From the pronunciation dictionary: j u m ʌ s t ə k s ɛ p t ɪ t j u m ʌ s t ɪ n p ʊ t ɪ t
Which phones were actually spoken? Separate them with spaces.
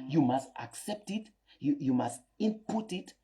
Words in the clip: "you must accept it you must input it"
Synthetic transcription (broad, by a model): j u m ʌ s t ə k s ɛ p t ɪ t j u m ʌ s t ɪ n p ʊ t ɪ t